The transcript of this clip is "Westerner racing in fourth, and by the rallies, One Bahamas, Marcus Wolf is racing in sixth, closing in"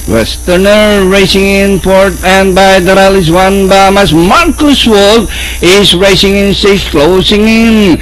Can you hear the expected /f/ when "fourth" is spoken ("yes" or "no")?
no